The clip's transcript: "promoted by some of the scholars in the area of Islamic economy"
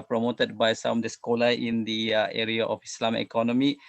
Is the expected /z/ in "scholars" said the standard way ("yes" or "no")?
no